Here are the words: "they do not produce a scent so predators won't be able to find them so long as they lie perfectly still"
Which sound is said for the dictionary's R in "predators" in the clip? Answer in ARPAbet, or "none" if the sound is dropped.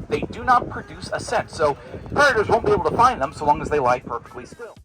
none